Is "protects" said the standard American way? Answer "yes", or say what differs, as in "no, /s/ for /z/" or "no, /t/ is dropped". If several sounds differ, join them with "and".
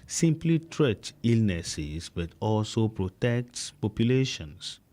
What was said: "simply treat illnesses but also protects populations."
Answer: no, /s/ is dropped